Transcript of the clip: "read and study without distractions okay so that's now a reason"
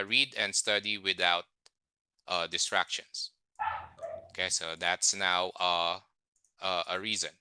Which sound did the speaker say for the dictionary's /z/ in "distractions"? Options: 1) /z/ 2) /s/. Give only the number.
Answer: 2